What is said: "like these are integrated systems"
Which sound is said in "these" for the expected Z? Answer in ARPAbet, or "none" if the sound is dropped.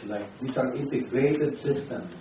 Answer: S